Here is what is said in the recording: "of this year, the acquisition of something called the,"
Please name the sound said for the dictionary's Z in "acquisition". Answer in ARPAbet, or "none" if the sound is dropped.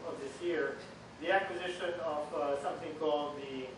Z